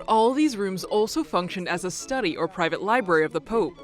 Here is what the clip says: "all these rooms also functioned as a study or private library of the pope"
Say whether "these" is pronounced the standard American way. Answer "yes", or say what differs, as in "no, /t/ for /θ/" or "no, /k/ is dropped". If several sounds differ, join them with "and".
yes